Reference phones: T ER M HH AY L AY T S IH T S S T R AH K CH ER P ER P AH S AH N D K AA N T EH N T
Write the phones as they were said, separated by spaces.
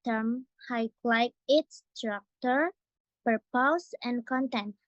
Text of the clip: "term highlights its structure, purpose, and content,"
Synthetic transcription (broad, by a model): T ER M HH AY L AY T IH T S S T R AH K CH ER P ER P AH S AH N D K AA N T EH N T